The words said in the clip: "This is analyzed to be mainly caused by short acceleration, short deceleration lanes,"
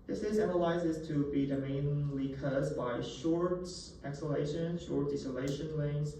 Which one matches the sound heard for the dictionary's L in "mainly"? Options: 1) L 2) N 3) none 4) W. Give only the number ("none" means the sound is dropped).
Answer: 1